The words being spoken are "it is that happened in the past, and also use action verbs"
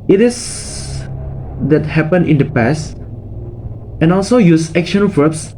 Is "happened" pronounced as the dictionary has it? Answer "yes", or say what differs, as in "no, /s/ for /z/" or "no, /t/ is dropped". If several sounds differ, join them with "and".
no, /d/ is dropped